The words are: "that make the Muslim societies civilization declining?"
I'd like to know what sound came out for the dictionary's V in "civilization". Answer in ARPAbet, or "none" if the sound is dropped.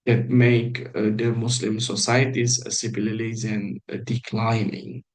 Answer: P